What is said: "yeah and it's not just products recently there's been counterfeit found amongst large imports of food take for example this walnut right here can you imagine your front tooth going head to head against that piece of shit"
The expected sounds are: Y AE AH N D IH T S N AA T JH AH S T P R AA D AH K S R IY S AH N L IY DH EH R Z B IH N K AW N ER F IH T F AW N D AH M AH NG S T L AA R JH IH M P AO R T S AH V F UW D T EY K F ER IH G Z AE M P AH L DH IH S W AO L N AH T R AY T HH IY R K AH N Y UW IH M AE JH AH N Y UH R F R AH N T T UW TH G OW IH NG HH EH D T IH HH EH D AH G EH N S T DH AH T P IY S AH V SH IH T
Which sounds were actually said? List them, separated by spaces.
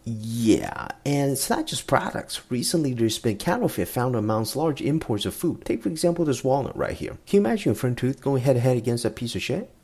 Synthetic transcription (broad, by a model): Y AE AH N IH T S N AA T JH AH S P R AA D AH K S R IY S AH N L IY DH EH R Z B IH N K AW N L F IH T F AW N D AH M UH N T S L AA R JH IH M P AO R T S AH V F UW D T EY K F ER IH G Z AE M P L DH IH S W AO L AH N R AY T HH IY R K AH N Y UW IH M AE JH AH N F R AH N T T UW TH G OW IH NG HH EH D T IH HH EH D AH G EH N S T DH AH T P IY S AH V SH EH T